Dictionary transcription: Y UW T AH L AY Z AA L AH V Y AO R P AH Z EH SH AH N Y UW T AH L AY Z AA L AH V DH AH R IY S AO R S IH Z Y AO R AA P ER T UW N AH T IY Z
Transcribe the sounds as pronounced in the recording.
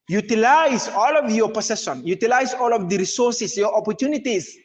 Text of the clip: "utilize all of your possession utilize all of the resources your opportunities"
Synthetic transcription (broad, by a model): Y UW T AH L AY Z AA L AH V Y AO R P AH S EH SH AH N Y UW T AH L AY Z AA L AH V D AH R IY S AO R S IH S Y AO R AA P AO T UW N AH T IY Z